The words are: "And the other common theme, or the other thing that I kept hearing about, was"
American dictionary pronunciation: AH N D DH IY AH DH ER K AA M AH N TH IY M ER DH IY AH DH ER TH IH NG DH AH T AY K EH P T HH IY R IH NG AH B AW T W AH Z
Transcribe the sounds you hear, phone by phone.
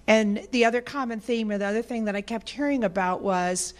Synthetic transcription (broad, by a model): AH N DH IY AH DH ER K AA M AH N TH IY M ER DH IY AH DH ER TH IH NG DH AH T AY K EH P T HH IY R IH NG AH B AW T W AH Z